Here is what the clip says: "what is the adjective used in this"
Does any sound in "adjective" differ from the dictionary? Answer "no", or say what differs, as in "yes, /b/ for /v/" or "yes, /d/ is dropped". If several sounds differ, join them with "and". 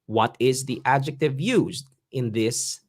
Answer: no